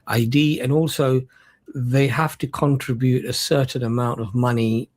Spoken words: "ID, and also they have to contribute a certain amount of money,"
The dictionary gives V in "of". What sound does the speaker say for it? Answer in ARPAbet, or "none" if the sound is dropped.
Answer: V